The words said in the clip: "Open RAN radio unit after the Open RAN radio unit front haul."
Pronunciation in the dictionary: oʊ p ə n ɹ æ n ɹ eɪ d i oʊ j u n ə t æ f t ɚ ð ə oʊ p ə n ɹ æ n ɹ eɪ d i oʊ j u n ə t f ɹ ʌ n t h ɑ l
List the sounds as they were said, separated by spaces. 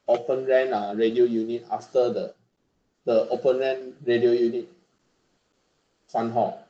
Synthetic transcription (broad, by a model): oʊ p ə n ɹ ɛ n ɹ eɪ d i oʊ j u n ə t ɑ f t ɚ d ə oʊ p ə n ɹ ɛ n ɹ eɪ d i oʊ j u n ə t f ɑ n h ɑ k